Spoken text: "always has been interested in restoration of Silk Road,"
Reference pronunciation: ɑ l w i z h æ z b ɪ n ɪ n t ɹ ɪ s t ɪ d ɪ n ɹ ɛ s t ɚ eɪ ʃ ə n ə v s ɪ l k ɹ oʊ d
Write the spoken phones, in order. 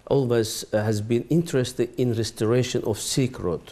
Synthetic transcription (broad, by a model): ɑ l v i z h æ z b ɪ n ɪ n t ɹ ɪ s t ɪ d ɪ n ɹ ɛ s t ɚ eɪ ʃ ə n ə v s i k ɹ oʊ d